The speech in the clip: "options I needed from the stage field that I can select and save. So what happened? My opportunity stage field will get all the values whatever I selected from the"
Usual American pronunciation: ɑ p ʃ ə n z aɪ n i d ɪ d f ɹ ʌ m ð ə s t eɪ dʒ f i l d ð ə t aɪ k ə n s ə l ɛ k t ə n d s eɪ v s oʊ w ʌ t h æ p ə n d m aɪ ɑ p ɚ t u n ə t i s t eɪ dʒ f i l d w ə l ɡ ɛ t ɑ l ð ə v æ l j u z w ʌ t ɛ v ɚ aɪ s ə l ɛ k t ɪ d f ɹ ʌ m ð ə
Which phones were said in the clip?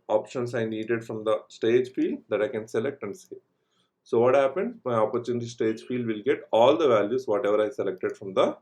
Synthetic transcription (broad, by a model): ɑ p ʃ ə n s aɪ n i d ɪ d f ɹ ʌ m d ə s t eɪ dʒ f i l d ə t aɪ k ə n s ə l ɛ k t ə n d s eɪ s oʊ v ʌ t h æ p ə n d m aɪ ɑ p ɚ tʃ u n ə t i s t eɪ dʒ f i l d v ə l ɡ ɛ t ɑ l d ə v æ l j u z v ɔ t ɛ v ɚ aɪ s ə l ɛ k t ɪ d f ɹ ʌ m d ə